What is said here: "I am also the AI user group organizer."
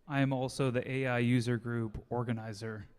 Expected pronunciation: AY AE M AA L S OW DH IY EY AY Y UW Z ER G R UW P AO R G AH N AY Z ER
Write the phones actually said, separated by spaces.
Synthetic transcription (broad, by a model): AY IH M AA L S OW DH IY EY AY Y UW Z ER G R UW P AO R G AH N AY Z ER